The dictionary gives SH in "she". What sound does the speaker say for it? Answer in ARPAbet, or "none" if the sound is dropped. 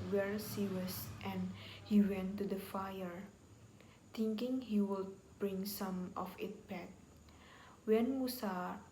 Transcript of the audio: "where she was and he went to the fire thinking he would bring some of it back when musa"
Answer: S